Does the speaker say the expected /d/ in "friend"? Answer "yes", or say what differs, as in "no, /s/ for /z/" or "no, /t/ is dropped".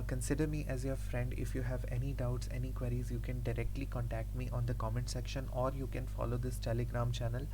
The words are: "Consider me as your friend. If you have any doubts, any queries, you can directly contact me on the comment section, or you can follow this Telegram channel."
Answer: yes